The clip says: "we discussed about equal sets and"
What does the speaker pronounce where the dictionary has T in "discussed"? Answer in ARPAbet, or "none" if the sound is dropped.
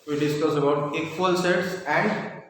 none